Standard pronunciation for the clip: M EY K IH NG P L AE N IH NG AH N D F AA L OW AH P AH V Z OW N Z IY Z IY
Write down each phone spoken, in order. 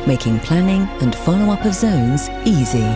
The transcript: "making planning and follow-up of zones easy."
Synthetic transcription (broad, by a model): M EY K IH NG P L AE N IH NG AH N F AA L OW AH P AH V Z OW N Z IY Z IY